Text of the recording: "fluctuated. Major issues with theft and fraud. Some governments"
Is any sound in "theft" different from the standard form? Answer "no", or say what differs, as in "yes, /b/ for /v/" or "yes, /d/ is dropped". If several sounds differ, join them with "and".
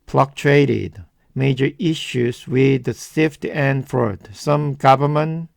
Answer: yes, /s/ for /θ/